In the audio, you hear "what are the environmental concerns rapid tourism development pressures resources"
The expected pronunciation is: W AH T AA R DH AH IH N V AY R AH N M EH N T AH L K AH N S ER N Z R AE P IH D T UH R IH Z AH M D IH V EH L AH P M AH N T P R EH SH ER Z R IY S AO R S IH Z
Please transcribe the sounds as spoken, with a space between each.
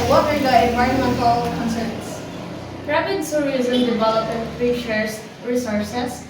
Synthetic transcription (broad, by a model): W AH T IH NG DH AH IH N V AY R AH N M EH N T AH L K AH N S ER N S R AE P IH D S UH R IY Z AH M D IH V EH L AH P AH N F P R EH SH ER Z R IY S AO R S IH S